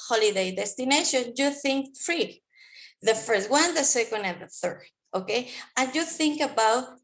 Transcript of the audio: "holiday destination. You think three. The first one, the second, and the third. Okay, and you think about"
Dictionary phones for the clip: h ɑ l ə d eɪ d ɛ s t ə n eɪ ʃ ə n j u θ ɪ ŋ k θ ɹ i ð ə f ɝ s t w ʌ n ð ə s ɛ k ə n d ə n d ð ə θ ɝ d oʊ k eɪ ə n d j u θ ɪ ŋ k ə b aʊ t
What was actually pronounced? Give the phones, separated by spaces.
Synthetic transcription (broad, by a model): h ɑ l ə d eɪ d ɛ s t ə n eɪ ʃ ə n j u θ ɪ ŋ k f ɹ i ð ə f ɝ s t w ʌ n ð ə s ɛ k ə n d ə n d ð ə θ ɝ d oʊ k eɪ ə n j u θ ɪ ŋ k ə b aʊ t